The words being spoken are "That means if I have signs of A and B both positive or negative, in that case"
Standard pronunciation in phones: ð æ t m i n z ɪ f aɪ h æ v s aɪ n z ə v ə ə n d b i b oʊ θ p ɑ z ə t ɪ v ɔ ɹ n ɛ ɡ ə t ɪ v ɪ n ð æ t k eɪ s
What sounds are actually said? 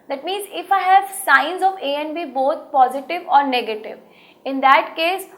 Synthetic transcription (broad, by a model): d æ t m i n z ɪ f aɪ h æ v s aɪ n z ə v ə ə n b i b oʊ t p ɑ z ə t ɪ v ɔ ɹ n ɛ ɡ ə t ɪ v ɪ n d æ t k eɪ s